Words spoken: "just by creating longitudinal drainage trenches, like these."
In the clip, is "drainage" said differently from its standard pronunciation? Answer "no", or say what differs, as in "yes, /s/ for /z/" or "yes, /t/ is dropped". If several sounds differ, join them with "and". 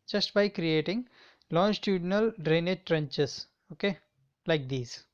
no